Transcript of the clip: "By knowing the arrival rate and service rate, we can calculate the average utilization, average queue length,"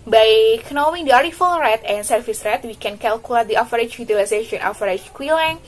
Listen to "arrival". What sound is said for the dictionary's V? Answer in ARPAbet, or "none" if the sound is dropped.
F